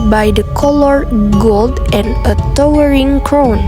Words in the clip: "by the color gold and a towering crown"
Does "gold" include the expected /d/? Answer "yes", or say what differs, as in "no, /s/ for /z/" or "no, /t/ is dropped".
yes